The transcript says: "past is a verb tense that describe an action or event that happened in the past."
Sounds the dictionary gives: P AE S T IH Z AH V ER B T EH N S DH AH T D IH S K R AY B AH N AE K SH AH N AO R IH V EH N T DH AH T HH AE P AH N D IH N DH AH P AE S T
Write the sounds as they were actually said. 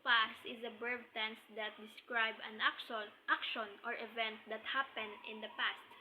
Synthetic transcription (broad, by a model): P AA S T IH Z AH B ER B T EH N S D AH T D IH S K R AY B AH N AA K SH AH N AO R IH V EH N T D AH T HH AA P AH N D IH N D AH P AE S T